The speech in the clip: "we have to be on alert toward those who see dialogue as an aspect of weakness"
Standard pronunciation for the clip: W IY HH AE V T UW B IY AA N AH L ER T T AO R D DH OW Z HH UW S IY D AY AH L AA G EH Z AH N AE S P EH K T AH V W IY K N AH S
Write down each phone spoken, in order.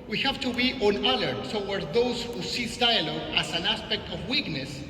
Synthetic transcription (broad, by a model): W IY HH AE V T UW B IY AA N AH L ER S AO W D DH OW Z HH UW S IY D AY AH L AA G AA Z AH N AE S P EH K T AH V W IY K N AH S